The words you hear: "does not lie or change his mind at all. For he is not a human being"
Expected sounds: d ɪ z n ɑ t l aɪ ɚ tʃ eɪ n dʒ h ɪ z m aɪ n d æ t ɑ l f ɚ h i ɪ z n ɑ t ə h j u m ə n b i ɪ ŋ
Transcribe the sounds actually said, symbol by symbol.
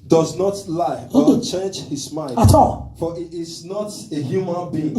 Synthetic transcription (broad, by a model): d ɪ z n ɑ t l aɪ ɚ tʃ eɪ n dʒ h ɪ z m aɪ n ɑ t ɑ l f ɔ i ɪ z n ɑ t ə h j u m ə n b i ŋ